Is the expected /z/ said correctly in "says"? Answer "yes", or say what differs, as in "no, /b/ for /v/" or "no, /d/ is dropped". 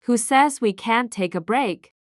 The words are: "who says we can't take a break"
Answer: yes